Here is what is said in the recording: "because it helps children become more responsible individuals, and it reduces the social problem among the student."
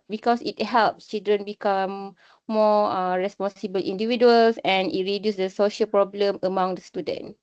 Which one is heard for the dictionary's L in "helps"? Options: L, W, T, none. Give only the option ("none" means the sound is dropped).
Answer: L